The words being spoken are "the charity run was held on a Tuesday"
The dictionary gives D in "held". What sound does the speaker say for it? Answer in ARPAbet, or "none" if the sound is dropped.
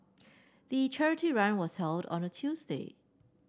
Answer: D